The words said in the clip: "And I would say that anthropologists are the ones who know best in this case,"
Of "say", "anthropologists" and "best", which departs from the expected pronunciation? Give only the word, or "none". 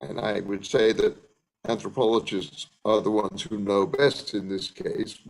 none